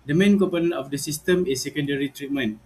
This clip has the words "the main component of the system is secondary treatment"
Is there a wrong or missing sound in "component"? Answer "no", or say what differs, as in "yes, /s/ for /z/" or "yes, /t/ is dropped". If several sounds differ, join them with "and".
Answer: yes, /t/ is dropped